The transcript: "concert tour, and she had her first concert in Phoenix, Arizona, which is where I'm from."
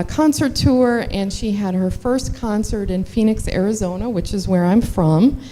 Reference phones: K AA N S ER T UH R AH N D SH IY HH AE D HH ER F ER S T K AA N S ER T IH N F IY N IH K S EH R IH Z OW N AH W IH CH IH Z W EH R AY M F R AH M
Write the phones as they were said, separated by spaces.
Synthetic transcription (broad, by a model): K AA N S ER T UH R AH N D SH IY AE D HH ER F ER S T K AA N S ER T IH N F IY N IH K S EH R IH Z OW N AH W IH CH IH Z W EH R AY M F R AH M